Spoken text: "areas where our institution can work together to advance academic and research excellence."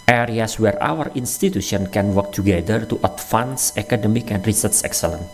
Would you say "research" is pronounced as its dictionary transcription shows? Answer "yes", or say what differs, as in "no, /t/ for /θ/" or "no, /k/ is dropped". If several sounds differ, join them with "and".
no, /s/ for /tʃ/